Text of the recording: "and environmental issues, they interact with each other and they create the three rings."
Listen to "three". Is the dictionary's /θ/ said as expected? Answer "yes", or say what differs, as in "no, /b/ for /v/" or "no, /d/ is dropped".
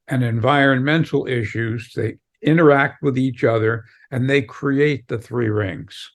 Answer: yes